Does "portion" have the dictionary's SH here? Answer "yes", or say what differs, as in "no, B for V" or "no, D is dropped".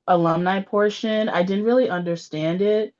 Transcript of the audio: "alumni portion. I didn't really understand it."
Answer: yes